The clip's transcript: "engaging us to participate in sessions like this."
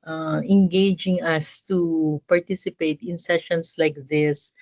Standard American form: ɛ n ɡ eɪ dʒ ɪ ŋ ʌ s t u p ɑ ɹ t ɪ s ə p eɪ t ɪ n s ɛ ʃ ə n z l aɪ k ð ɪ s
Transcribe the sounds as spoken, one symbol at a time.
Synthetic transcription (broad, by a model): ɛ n ɡ eɪ dʒ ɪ ŋ ʌ s t u p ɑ ɹ t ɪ s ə p eɪ t ɪ n s ɛ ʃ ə n s l aɪ k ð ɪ s